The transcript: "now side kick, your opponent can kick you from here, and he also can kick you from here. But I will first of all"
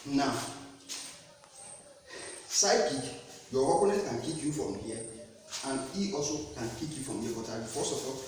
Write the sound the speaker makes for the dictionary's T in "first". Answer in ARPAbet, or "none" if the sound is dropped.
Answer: none